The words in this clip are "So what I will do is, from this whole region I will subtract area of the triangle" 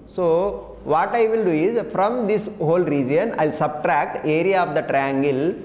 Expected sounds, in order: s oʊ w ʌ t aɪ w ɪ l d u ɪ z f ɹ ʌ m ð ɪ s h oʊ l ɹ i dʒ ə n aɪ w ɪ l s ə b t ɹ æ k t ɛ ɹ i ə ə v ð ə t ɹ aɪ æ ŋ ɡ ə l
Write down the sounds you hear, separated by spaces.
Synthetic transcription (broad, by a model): s oʊ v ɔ t aɪ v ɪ l d u ɪ z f ɹ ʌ m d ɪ s h oʊ l ɹ i dʒ ə n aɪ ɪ l s ə b t ɹ æ k t ɛ ɹ i ə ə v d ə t ɹ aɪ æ ŋ ɡ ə l